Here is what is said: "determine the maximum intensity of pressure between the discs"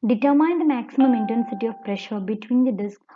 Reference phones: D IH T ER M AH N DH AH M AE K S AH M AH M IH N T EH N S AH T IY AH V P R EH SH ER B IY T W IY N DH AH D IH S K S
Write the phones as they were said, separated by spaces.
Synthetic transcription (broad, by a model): D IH T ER M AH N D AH M AE K S AH M AH M IH N T EH N S AH T IY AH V P R EH SH ER B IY T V IY N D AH D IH S K